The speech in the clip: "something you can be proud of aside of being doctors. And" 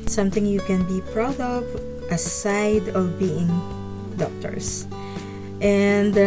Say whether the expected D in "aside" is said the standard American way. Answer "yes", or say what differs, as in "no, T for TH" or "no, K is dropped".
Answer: yes